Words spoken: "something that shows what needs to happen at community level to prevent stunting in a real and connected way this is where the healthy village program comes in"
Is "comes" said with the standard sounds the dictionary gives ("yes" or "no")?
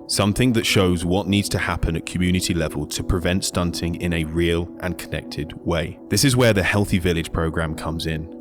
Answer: yes